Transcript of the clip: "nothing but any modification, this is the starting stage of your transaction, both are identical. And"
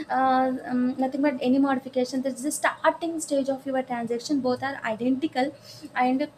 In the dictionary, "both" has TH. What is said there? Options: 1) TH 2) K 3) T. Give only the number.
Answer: 3